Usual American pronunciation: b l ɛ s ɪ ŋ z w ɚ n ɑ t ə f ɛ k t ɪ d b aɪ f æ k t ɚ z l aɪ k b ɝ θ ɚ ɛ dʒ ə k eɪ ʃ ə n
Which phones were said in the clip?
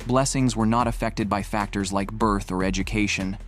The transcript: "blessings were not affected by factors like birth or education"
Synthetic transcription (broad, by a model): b l ɛ s ɪ ŋ z w ɚ n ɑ t ə f ɛ k t ɪ d b aɪ f æ k t ɚ z l aɪ k b ɝ θ ɚ ɛ dʒ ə k eɪ ʃ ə n